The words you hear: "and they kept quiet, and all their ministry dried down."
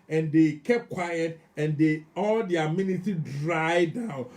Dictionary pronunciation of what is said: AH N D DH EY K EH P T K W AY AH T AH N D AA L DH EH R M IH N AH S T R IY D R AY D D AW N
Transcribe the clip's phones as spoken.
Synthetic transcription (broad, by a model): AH N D EY K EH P K W AY AH T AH N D AA L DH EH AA M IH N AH T IY D R AY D D AW N